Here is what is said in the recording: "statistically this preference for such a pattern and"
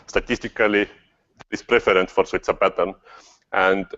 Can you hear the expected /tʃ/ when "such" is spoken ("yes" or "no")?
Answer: no